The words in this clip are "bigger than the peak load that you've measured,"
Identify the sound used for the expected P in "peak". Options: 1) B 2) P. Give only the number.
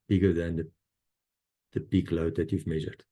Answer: 1